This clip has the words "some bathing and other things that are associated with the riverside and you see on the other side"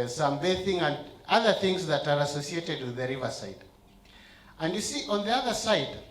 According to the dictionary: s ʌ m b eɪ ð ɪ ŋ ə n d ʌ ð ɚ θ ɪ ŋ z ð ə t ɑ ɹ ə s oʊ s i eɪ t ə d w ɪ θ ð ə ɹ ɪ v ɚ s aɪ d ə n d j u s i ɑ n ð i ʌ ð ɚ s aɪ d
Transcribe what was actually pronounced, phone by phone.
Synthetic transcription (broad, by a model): s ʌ m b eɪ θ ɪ ŋ ə n d ʌ ð ɚ θ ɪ ŋ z ð ə t ɑ ɹ ə s oʊ s i eɪ t ə d w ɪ ð ə ɹ ɪ v ɚ s aɪ d ə n d j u s i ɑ n ð i ʌ ð ɚ s aɪ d